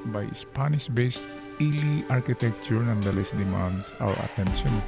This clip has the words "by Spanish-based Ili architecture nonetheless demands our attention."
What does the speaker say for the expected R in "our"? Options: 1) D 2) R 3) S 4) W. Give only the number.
4